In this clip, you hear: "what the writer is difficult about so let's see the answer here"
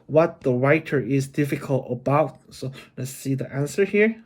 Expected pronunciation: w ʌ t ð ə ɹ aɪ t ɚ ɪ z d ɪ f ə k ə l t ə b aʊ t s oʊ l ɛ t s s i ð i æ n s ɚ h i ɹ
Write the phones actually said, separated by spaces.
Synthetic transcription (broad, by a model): w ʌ t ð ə ɹ aɪ t ɚ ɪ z d ɪ f ə k ə l t ə b aʊ t s oʊ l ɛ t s s i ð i æ n s ɚ h i ɹ